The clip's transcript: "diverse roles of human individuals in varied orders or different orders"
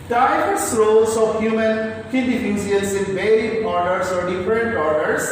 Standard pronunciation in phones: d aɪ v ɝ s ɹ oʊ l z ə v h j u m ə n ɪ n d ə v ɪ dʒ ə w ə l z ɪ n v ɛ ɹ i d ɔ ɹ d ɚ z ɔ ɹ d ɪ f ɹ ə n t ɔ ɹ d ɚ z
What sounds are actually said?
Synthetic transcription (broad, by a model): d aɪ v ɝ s ɹ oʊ l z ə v h j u m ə n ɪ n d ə f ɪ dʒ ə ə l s ɪ n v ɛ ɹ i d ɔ ɹ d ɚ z ɔ ɹ d ɪ f ɹ ə n t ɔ ɹ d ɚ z